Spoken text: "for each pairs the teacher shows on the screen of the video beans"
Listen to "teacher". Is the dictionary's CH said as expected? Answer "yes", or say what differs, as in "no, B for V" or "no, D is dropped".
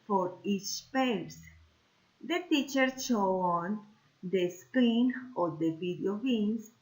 yes